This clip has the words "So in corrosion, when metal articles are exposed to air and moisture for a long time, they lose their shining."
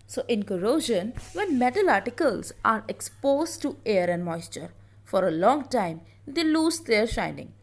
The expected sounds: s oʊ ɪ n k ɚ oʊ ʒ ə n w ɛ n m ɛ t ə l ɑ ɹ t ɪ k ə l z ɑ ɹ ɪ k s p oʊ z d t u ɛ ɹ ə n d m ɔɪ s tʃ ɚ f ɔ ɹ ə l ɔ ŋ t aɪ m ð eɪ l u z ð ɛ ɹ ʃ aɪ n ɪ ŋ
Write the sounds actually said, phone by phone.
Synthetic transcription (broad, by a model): s oʊ ɪ n k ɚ oʊ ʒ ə n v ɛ n m ɛ t ə l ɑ ɹ t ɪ k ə l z ɑ ɹ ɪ k s p oʊ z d t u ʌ ɹ ə n d m ɔɪ s tʃ ɚ f ɔ ɹ ə l ɔ ŋ t aɪ m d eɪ l u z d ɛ ɹ ʃ aɪ n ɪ ŋ